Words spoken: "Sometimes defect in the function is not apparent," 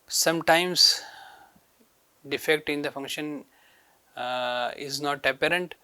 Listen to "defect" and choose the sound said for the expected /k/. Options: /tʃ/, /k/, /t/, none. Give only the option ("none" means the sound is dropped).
/k/